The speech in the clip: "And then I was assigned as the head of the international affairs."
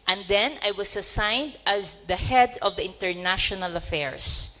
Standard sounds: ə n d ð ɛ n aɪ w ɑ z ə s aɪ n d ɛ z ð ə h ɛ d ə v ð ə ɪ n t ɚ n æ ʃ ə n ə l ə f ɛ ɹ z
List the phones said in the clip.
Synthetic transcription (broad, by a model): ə n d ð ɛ n aɪ w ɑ s ə s aɪ n d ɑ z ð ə h ɛ d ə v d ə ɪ n t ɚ n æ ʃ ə n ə l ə f ɛ ɹ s